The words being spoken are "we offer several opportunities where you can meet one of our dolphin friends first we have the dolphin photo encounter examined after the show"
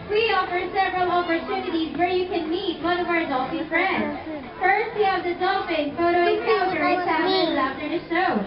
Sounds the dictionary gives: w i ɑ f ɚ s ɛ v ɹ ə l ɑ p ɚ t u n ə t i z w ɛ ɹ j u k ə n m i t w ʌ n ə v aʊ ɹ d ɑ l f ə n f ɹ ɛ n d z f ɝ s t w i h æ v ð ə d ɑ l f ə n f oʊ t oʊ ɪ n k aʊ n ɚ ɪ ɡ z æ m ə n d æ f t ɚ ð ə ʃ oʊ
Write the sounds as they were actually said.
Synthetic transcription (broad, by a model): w i ɑ f ɚ s ɛ v ɹ ə l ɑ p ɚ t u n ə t i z w ɛ ɹ j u k ə n m i t w ʌ n ə v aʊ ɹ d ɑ l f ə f ɹ ɛ n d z f ɝ s t w i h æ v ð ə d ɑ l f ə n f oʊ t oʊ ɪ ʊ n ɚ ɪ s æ ə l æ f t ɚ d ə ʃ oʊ